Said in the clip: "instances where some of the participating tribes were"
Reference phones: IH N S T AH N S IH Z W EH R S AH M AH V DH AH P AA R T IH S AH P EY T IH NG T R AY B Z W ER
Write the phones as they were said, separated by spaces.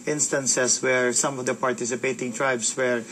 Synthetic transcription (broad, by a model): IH N S T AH N S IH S W EH R S AH M AH V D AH P AA R T IH S AH P EY T IH NG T R AY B S W ER